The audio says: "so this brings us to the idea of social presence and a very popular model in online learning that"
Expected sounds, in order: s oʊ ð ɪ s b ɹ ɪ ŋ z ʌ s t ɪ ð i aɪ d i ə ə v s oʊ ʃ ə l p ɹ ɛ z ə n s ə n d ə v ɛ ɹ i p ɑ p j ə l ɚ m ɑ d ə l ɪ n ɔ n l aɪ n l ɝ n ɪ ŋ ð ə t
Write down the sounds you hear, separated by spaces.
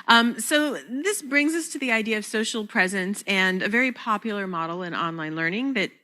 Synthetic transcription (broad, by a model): s oʊ ð ɪ s b ɹ ɪ ŋ z ʌ s t ɪ ð i aɪ d i ə ə v s oʊ ʃ l p ɹ ɛ z ə n s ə n ə v ɛ ɹ i p ɑ p j l ɚ m ɑ d l ɪ n ɔ n l aɪ n l ɝ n ɪ ŋ ð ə t